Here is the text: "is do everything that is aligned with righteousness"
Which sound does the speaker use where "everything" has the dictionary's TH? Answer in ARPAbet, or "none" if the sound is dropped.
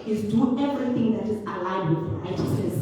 T